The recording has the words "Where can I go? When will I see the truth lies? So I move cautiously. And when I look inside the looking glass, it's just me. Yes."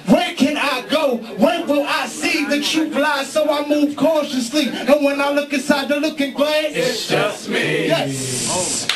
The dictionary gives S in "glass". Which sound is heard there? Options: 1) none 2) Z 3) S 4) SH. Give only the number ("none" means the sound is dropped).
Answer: 1